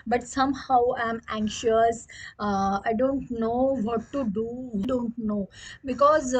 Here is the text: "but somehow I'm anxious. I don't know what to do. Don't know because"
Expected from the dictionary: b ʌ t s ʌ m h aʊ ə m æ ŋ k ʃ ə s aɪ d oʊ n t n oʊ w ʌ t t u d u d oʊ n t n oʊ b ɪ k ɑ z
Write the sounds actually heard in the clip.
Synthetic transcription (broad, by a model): b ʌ t s ʌ m h aʊ ə m æ ŋ k ʃ ə s aɪ d oʊ n t n oʊ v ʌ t t u d u d oʊ n t n oʊ b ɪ k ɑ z